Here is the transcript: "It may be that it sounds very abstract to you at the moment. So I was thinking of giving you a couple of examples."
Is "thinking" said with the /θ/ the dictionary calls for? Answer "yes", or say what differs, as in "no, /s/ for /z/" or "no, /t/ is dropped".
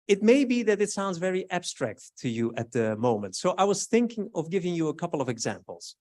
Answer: yes